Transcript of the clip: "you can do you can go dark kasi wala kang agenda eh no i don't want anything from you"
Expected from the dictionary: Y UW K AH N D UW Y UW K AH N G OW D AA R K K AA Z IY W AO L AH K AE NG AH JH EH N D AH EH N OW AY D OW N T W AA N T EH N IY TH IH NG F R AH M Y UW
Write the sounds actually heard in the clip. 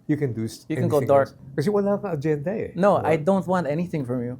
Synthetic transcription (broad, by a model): Y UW K AH N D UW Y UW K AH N G OW D AA R K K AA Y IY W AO N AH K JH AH EH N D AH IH N OW AY D OW N T W AA N T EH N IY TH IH NG F R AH M Y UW